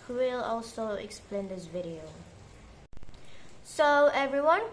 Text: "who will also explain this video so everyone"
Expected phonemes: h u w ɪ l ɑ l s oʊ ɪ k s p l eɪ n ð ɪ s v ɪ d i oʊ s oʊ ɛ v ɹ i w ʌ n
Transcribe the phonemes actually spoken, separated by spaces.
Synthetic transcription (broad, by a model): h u w ɪ l ɑ l s oʊ ɪ k s p l eɪ n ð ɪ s v ɪ d i oʊ s oʊ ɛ v ɹ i w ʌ n